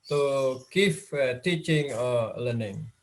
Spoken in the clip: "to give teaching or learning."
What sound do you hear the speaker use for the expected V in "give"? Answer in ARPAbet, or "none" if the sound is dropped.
F